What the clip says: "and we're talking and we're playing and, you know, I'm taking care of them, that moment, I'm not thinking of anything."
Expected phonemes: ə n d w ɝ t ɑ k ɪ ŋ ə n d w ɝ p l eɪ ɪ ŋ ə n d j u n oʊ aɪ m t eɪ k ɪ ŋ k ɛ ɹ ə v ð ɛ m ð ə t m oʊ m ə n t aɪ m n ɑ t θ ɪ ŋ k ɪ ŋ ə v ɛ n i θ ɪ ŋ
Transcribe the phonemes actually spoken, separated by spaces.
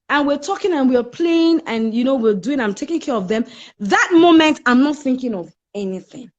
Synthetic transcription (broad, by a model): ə n w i t ɑ k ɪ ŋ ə n w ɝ p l eɪ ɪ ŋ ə n j u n oʊ aɪ m t eɪ k ɪ ŋ k ɛ ɹ ə v ð ɛ m ð ə t m oʊ m ə n t aɪ m n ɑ t θ ɪ ŋ k ɪ ŋ ə v ɛ n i θ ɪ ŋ